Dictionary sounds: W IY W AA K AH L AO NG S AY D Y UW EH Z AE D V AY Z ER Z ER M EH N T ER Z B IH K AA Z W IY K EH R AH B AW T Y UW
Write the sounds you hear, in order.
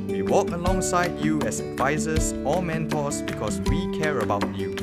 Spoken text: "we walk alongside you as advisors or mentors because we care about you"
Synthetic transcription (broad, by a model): W IY W AA K AH L AO NG S AY D Y UW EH S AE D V AY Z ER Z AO M EH N T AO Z B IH K AA S W IY K EH R AH B AW T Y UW